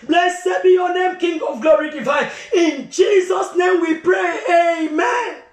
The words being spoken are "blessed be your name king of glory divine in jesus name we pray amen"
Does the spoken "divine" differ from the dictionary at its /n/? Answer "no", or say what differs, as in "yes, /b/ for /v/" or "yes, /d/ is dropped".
yes, /n/ is dropped